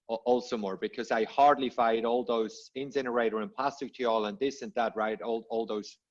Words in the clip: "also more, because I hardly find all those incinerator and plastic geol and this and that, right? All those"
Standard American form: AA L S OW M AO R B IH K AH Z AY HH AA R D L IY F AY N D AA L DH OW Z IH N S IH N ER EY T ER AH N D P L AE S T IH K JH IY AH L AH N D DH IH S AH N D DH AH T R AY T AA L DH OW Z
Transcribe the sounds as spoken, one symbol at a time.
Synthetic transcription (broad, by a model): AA L S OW M AO R B IH K AH Z AY HH AA R D L IY F AY D AA L DH OW Z IH N S IH N ER EY T ER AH N P L AE S T IH K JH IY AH L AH N DH IH S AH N DH AH T R AY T AA L DH OW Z